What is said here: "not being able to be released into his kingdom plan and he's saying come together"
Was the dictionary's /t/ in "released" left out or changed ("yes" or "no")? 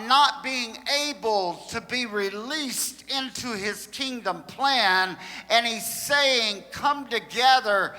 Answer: no